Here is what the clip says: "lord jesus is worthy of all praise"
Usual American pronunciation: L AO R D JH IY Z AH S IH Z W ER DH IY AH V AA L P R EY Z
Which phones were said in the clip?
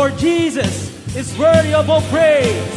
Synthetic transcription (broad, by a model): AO R JH IY Z AH S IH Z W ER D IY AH B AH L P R EY